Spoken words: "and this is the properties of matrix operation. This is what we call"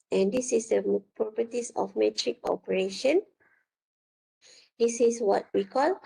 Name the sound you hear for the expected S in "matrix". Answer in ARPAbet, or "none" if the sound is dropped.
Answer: none